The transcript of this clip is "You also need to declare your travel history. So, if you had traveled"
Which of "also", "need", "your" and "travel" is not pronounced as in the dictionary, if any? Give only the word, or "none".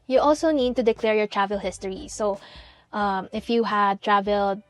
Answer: none